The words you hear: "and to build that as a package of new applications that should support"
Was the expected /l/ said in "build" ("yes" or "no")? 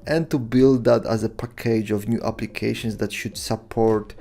yes